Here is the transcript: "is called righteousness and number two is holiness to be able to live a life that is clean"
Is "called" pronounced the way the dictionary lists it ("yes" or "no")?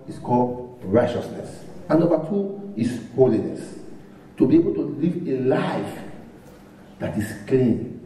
yes